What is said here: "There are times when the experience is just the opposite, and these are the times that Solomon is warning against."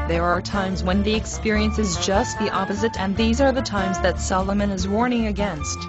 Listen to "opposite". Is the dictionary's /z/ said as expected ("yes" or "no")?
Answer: yes